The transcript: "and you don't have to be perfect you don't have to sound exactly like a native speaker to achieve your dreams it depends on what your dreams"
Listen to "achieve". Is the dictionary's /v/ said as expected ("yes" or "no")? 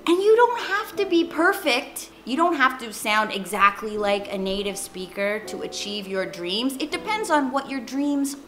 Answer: yes